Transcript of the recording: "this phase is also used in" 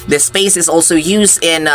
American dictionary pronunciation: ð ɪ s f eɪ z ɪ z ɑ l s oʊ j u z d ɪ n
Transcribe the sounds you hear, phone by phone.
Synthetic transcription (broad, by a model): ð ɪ s p eɪ s ɪ z ɑ l s oʊ j u z d ɪ n